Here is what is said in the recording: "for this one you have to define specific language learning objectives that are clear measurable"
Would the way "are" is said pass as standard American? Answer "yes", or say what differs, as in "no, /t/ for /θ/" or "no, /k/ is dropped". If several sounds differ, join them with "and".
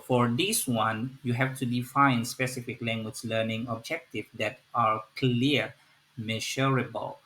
yes